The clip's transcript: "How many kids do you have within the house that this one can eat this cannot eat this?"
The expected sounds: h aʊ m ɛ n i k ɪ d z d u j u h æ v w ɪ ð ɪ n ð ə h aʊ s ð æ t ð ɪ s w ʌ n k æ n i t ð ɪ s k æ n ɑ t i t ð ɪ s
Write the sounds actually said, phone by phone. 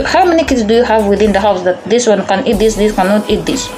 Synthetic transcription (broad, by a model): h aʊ m ɛ n i k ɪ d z d u j u h æ v w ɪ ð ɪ n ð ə h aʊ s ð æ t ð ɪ s w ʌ n k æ n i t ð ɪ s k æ n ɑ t i t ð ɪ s